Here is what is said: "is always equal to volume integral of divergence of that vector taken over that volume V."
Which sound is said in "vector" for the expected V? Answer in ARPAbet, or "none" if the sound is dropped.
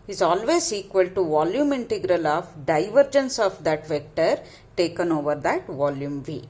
V